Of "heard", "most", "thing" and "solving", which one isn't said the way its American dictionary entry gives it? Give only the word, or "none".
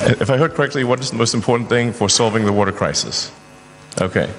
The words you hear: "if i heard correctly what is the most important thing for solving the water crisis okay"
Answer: none